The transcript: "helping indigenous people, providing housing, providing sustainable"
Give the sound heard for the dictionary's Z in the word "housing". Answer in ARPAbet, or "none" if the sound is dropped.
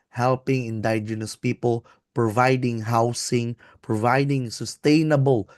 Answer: S